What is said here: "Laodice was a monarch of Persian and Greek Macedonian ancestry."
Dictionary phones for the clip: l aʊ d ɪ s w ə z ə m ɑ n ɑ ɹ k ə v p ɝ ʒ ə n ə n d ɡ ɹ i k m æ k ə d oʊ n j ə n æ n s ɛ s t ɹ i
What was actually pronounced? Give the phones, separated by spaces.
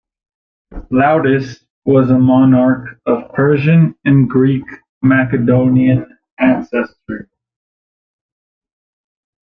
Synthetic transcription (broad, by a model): l aʊ d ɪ s w ə z ə m ɑ n ɑ ɹ k ə v p ɝ ʒ ə n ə n ɡ ɹ i k m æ k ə d oʊ n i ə n æ n s ɛ s t ɹ i